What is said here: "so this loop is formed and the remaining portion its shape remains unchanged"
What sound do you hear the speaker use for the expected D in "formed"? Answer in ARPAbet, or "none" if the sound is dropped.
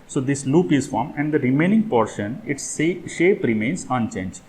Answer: none